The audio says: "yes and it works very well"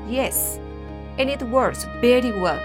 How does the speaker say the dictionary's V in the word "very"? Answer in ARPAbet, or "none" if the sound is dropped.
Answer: B